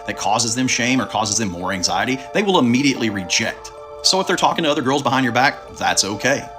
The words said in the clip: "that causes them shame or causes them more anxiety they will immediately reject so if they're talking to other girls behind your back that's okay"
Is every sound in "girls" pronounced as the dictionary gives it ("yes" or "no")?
yes